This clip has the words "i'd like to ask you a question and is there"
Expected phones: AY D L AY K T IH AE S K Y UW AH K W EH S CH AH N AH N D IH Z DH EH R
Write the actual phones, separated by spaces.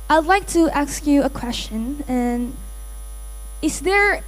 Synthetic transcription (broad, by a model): AY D L AY K T IH AE S K Y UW AH K W EH S CH AH N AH N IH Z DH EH R